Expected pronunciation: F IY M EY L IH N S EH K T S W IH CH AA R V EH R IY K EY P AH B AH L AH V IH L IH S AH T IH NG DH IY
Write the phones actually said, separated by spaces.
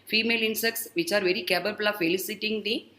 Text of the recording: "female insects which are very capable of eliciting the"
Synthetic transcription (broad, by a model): F IY M EY L IH N S EH K T S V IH CH AA R V EH R IY K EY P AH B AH L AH F IH L IH S AH T IH NG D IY